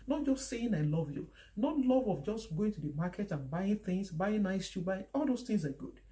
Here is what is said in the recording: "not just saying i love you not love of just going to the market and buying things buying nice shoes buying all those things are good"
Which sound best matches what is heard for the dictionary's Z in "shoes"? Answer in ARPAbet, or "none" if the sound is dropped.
none